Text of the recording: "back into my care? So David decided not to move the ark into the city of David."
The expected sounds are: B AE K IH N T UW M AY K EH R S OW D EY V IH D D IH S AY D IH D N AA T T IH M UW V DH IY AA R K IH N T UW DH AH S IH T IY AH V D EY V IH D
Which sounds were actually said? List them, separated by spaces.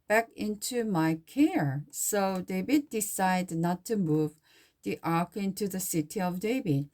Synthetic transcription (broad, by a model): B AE K IH N T UW M AY K EH R S OW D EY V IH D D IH S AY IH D N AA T T IH M UW V DH IY AA R K IH N T UW DH AH S IH T IY AH V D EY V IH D